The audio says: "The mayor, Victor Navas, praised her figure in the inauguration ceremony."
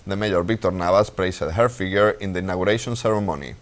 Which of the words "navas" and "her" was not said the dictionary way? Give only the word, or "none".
navas